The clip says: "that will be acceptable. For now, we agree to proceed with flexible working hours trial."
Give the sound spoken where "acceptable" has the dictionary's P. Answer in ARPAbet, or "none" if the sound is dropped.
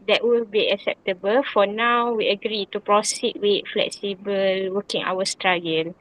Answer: P